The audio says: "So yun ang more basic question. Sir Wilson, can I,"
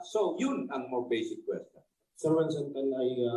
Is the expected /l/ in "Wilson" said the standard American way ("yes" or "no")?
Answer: no